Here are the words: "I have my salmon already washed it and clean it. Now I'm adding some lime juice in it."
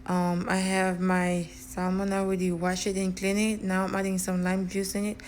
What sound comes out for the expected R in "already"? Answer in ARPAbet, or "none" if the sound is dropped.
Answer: W